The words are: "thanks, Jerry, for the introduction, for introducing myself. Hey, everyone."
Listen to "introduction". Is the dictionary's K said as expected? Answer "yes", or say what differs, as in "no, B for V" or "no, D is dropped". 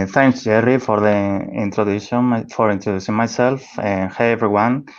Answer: no, K is dropped